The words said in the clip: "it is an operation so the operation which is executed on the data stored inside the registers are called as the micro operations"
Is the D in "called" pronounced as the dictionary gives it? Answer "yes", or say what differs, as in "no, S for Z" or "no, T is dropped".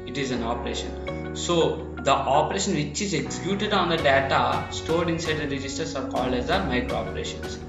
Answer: yes